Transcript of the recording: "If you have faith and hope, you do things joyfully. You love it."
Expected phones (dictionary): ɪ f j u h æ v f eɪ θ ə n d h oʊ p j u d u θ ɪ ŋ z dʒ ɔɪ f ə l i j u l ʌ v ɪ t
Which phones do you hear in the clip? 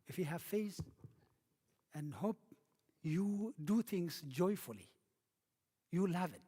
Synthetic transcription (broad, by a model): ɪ f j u h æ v f eɪ s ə n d h oʊ p j u d u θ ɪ ŋ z dʒ ɔɪ f ə l i j u l ʌ v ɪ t